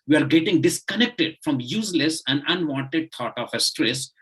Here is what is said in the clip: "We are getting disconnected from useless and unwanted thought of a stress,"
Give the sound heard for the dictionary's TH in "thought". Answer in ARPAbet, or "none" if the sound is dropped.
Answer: T